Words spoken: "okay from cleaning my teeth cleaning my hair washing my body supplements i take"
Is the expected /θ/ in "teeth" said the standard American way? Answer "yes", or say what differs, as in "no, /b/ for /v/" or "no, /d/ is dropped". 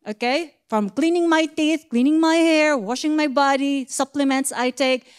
yes